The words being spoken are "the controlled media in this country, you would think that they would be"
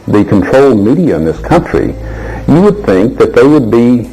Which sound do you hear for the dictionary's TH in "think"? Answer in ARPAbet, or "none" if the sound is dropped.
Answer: TH